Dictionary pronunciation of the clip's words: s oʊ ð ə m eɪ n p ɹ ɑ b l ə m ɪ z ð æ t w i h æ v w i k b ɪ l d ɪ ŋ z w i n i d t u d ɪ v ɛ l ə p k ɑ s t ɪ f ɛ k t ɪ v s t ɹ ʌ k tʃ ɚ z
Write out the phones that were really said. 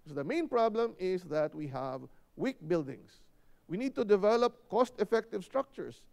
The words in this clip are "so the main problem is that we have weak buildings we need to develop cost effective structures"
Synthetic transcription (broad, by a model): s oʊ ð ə m eɪ n p ɹ ɑ b l ə m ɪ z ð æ t w i h æ v w i k b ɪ l d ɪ ŋ s w i n i d t u d ɪ v ɛ l ə p k ɑ s t ɪ f ɛ k t ɪ v s t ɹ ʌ k tʃ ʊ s